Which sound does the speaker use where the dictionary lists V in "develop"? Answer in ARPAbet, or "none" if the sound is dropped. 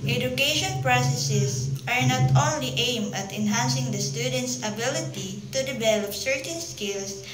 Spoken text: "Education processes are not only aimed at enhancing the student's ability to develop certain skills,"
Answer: B